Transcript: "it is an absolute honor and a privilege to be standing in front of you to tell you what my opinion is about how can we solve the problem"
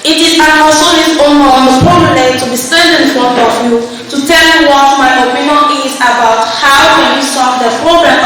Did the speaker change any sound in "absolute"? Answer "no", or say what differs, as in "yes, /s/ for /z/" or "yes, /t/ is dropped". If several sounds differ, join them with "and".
yes, /b/ is dropped